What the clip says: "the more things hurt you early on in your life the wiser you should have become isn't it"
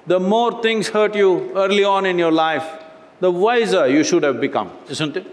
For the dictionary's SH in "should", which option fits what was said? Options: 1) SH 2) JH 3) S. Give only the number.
1